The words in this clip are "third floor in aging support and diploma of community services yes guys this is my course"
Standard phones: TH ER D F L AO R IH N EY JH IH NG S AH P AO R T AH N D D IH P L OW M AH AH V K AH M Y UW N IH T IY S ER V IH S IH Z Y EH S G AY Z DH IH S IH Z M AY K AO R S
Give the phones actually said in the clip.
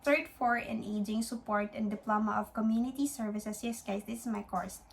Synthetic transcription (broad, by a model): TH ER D F AO R IH N EY JH IH NG S AH P AO R T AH N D D IH P L OW M AH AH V K AH M Y UW N IH T IY S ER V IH S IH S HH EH S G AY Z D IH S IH M AY K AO R S